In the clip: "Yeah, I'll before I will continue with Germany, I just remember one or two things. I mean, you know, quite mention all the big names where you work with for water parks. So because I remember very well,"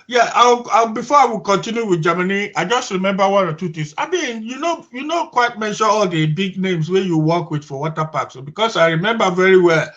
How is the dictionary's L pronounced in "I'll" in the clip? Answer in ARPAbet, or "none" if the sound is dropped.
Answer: W